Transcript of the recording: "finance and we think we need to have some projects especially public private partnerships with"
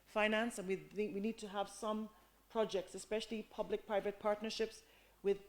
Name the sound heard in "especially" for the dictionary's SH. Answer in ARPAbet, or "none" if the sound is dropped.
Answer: SH